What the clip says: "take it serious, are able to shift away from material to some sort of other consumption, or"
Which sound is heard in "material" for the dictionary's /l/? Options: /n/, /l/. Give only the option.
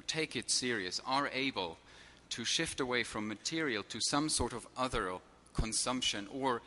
/l/